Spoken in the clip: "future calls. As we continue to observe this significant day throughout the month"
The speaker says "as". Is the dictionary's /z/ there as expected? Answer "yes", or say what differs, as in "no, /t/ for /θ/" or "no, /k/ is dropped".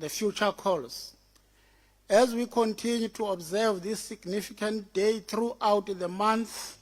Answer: yes